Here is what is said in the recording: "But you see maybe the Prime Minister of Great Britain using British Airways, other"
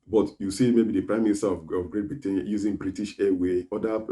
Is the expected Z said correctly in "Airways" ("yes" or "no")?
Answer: no